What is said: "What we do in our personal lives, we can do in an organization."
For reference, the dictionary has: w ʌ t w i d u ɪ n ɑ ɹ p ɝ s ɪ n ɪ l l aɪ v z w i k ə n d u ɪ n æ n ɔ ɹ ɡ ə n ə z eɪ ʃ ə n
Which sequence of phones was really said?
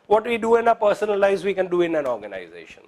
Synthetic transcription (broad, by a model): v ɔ t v i d u ɪ n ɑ p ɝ s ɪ n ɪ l l aɪ z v i k ə n d u ɪ n æ n ɔ ɹ ɡ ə n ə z eɪ ʃ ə n